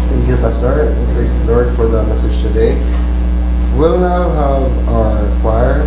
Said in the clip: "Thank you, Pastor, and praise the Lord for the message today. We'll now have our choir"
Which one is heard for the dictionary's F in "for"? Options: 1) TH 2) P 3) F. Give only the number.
3